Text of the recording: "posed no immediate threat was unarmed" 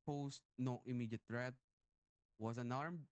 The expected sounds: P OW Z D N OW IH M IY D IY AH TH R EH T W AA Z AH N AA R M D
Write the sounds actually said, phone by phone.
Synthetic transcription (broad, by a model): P OW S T N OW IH M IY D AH T R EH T W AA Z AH N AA R M